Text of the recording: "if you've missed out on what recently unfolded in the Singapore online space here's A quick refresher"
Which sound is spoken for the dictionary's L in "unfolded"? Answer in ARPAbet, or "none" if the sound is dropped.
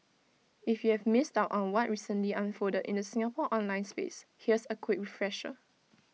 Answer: none